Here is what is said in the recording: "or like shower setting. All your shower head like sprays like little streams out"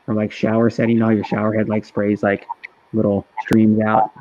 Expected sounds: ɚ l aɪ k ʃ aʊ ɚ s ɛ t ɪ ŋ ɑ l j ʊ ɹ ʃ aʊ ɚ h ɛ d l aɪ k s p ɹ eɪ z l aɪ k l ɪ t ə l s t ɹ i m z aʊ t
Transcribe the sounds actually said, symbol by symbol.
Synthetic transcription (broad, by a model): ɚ l aɪ k ʃ aʊ ɚ s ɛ t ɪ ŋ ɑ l j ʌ ɹ ʃ aʊ ɚ h ɛ d l aɪ k s p ɹ eɪ z l aɪ k l ɪ t l s t ɹ i m z aʊ t